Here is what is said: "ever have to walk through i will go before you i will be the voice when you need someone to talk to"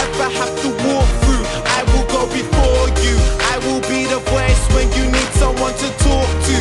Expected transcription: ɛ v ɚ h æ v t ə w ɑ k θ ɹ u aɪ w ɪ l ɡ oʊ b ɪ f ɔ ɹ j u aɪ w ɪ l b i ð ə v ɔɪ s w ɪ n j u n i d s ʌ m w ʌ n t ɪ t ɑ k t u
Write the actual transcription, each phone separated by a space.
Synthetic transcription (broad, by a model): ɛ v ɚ h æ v t ə w ɑ k θ ɹ u aɪ w ɪ l ɡ oʊ b ɪ f ɔ ɹ j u aɪ w ɪ l b i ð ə p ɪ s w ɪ n j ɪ n i d s ʌ m w ʌ n t ɪ t ɑ k t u